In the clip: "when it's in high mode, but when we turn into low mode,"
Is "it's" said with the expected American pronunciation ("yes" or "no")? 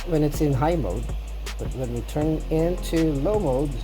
yes